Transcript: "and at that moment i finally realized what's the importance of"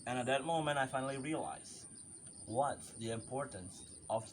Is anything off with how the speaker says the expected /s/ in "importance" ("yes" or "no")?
no